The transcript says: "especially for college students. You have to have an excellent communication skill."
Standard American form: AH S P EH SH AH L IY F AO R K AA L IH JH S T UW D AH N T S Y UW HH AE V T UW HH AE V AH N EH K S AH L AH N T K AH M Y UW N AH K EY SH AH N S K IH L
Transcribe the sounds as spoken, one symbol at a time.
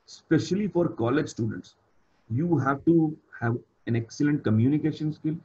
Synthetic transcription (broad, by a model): S P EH SH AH L IY F AO R K AA L IH JH S T UW D AH N T S Y UW HH AE V T UW HH AE V AH N EH K S AH L AH N T K AH M Y UW N AH K EY SH AH N S K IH L